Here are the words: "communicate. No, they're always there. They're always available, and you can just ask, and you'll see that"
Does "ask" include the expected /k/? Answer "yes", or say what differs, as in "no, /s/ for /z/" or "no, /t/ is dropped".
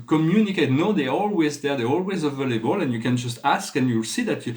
yes